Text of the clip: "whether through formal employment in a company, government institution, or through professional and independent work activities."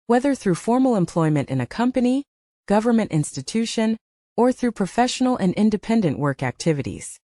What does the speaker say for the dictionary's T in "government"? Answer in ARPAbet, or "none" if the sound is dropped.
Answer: T